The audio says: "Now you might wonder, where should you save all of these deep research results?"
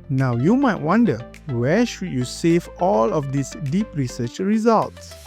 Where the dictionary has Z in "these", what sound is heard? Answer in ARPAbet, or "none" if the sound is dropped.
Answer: S